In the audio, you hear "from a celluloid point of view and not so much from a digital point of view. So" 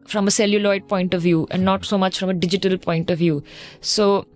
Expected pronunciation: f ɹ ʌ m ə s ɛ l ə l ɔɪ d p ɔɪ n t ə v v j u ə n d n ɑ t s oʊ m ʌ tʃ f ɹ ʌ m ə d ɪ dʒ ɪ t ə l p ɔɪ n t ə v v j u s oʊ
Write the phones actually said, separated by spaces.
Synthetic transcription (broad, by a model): f ɹ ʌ m ə s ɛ l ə l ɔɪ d p ɔɪ n t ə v v j u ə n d n ɑ t s oʊ m ʌ tʃ f ɹ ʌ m ə d ɪ dʒ ɪ t ə l p ɔɪ n t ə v v j u s oʊ